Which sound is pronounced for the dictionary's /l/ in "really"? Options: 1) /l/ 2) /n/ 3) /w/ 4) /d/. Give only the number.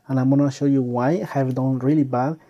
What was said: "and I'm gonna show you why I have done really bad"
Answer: 1